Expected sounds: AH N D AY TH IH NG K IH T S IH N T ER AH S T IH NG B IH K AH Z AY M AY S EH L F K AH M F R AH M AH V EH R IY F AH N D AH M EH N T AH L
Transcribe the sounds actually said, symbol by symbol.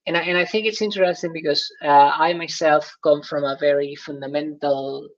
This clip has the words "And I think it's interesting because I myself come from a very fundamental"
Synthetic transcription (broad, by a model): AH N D AY TH IH NG K IH T S IH N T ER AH S T IH NG B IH K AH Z AY M AY S EH L F K AH M F R AH M AH V EH R IY F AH N D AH M EH N T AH L